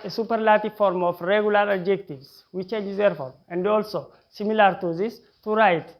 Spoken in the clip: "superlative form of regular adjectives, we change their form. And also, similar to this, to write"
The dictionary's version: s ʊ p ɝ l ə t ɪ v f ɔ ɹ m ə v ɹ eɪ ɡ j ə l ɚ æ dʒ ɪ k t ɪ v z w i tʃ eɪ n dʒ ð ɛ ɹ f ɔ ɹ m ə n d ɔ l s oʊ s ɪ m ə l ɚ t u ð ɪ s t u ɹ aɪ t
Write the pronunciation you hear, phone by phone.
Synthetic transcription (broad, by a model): s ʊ p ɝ l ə t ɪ f ɔ ɹ m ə f ɹ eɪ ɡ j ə l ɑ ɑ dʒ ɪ k t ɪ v s w i tʃ eɪ n dʒ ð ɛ ɹ f ɔ ɹ m ə n d ɔ l s oʊ s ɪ m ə l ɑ t u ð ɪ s t u ɹ aɪ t